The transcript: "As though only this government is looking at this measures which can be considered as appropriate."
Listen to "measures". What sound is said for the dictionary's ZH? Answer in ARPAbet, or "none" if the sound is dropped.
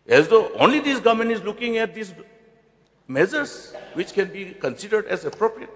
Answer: Z